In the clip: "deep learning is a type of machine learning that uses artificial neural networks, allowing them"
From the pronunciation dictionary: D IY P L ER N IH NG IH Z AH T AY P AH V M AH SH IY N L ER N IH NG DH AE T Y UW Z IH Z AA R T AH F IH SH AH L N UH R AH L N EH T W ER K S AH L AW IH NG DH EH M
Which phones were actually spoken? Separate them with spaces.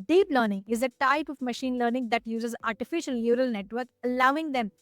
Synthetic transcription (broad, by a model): D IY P L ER N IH NG IH Z AH T AY P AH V M AH SH IY N L ER N IH NG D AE T Y UW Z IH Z AA R T AH F IH SH AH L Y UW R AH L N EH T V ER K AH L AW IH NG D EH M